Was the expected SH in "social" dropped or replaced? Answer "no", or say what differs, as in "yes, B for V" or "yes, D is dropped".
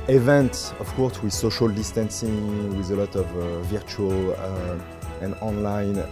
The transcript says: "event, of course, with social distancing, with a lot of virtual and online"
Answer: no